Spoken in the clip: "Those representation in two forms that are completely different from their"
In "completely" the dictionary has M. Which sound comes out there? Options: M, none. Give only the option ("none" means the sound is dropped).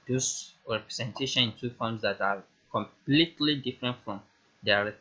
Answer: M